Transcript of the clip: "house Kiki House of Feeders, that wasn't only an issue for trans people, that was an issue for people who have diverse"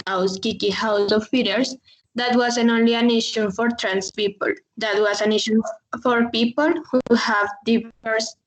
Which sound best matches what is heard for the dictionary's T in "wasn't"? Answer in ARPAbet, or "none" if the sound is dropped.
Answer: none